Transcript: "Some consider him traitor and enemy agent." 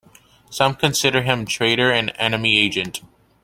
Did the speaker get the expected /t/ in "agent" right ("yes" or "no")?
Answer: yes